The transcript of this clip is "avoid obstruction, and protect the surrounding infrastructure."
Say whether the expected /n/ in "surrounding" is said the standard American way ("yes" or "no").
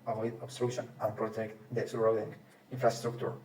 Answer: no